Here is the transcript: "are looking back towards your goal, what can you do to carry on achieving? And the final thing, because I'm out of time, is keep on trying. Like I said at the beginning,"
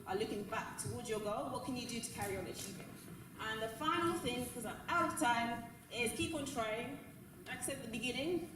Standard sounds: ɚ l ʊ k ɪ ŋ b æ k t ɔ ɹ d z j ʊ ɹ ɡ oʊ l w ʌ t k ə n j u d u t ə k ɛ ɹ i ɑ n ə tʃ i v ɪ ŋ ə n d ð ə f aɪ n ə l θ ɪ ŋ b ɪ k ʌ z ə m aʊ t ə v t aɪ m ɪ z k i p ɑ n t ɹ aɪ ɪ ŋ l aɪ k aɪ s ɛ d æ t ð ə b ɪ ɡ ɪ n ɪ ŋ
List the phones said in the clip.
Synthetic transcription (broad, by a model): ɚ l ʊ k ɪ ŋ b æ k t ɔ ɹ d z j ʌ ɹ ɡ oʊ l w ʌ t k ə n j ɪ d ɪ t ə k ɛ ɹ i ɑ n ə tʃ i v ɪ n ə n ð ə f aɪ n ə l θ ɪ ŋ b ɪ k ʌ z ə aʊ t ə v t aɪ m ɪ z k i p n t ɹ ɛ ɪ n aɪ k s ɛ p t ð ə b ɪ ɡ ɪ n ɪ ŋ